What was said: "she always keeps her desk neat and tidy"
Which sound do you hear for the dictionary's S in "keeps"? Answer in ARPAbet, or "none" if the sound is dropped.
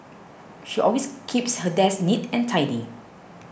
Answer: S